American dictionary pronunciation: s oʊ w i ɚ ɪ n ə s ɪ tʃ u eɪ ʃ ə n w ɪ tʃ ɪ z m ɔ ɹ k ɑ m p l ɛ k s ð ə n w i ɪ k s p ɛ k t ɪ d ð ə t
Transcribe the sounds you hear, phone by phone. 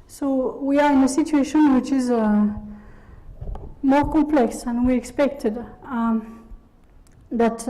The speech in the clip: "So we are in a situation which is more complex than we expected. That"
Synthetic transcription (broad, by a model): s oʊ w i ɚ ɪ n ə s ɪ tʃ u eɪ ʃ ə n w ɪ tʃ ɪ z m ɔ ɹ k ɑ m p l ɛ k s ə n w i ɪ k s p ɛ k t ɪ d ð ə t